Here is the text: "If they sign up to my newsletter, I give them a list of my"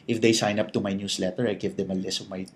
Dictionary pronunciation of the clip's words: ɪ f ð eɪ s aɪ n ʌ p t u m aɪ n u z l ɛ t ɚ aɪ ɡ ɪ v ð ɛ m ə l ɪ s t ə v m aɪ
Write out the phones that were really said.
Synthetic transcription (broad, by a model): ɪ f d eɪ s aɪ n ʌ p t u m aɪ n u s l ɛ t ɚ aɪ ɡ ɪ v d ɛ m ə l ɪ s ə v m aɪ